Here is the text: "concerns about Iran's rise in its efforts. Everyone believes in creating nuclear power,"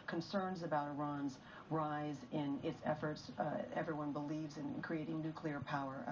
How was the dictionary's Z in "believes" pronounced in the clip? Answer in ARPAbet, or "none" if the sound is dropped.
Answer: Z